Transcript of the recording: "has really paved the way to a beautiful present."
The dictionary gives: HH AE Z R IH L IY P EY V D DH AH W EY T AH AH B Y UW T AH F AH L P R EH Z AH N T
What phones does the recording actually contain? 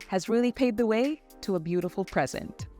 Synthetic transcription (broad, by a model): HH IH Z R IH L IY P EY D DH AH W EY T AH AH B Y UW T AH F L P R EH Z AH N T